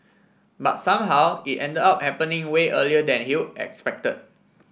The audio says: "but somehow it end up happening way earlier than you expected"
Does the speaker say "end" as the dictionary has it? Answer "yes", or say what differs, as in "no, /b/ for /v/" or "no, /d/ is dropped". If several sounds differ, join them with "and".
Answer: yes